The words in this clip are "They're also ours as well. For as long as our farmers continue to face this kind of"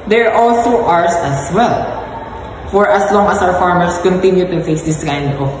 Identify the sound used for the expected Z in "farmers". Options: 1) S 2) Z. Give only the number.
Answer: 1